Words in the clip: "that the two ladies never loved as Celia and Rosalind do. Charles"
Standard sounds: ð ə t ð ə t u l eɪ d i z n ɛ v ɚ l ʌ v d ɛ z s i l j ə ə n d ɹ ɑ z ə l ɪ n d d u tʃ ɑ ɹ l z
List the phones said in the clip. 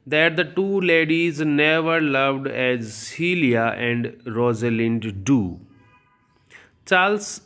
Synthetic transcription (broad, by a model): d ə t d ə t u l eɪ d i z n ɛ v ɚ l ʌ v d ɛ z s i l j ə ə n d ɹ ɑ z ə l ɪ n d d u tʃ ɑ l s